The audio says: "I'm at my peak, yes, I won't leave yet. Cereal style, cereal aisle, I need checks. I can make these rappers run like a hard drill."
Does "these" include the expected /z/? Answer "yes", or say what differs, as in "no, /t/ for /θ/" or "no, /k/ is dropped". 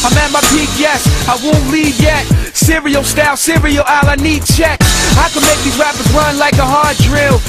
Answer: no, /z/ is dropped